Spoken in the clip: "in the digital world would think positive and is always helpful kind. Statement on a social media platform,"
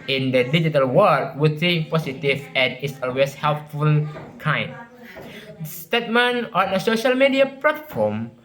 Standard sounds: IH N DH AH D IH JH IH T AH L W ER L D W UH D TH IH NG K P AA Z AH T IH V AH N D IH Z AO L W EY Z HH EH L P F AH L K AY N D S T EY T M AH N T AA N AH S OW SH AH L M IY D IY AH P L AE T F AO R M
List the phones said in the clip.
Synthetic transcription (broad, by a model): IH N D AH D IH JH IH T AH L W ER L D W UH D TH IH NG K P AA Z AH T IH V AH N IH S AO L W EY S HH EH L P F AH L K AY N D S T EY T M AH N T AA N AH S OW SH AH L M IY D IY AH P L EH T F AO M